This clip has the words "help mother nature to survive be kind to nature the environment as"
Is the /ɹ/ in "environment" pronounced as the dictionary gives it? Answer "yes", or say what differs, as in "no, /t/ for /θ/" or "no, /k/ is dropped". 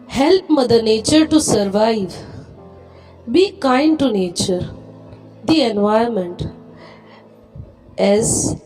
no, /ɹ/ is dropped